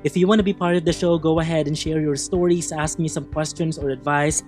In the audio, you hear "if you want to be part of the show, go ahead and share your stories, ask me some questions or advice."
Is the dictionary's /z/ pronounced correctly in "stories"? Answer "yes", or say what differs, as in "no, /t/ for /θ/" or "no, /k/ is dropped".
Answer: no, /s/ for /z/